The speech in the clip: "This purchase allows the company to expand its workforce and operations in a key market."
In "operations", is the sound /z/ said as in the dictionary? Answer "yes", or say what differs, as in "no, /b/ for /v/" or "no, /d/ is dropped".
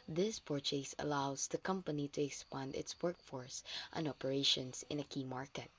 no, /s/ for /z/